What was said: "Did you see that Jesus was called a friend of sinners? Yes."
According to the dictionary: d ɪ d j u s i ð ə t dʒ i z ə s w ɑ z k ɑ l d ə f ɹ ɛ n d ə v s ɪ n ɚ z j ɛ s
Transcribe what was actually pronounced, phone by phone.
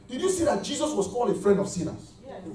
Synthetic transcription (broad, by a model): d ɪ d j u s i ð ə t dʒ i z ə s w ɑ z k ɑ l ə f ɹ ɛ n d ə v s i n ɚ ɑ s